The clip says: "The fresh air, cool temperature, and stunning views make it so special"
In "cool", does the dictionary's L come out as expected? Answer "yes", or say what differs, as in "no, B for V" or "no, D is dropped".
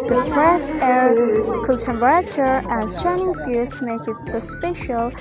no, N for L